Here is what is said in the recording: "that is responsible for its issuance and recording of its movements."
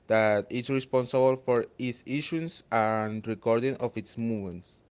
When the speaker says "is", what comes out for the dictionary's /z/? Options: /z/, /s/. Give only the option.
/s/